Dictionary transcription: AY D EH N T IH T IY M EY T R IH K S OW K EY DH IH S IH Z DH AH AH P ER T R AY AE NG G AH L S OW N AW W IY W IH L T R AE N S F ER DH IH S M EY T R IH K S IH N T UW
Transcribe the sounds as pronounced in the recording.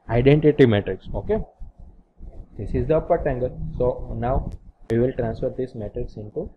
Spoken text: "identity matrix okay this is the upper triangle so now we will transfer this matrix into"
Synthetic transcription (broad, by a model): AY D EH N T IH T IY M EY T R IH K S OW K EY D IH S IH Z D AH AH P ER T AY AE NG G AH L S OW N AW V IY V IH L T R AE N S F ER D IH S M EY T R IH K S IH N T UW